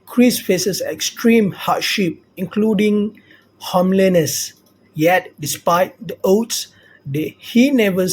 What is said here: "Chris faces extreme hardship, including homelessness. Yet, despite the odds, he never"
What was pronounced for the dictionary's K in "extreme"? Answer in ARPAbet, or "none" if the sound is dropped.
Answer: K